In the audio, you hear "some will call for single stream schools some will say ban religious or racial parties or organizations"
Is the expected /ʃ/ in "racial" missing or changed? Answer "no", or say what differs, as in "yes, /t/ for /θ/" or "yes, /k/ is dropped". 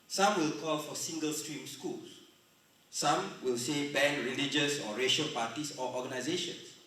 no